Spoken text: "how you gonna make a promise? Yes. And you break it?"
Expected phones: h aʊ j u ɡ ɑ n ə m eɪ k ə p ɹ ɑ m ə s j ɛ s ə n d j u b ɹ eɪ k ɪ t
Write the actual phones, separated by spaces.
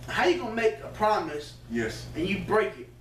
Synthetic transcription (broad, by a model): h aʊ j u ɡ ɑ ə m eɪ k ə p ɹ ɑ m ə s j ɛ s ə n j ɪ b ɹ eɪ k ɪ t